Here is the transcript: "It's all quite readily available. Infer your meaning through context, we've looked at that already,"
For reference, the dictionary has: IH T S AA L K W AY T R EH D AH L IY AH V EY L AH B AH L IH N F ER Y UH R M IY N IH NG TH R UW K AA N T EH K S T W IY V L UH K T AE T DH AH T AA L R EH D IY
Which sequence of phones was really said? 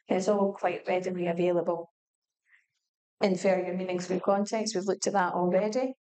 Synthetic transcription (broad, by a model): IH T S AA L K W AY T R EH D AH N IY AH V EY L AH B AH L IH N F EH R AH R M IY N IH NG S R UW K AA N T EH K S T W IY V L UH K T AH DH AH T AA L R EH D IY